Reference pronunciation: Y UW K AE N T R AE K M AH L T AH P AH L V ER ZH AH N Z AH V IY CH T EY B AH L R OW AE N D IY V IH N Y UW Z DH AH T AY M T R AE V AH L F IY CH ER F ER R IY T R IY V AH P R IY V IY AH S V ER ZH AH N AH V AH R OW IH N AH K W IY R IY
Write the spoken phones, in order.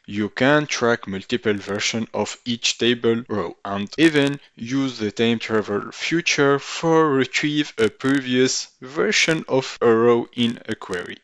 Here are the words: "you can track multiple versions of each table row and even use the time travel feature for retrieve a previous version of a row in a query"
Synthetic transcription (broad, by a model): Y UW K AE N T R AE K M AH L T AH P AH L V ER SH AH N AH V IY CH T EY B AH L R OW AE N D IY V IH N Y UW Z DH AH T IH M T R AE V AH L F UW CH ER F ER R IY T R IY V AH P R IY V IY AH S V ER SH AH N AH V AH R OW IH N AH K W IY R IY